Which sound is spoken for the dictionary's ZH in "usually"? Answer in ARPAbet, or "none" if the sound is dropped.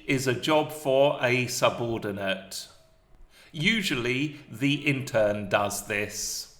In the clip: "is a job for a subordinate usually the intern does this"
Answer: ZH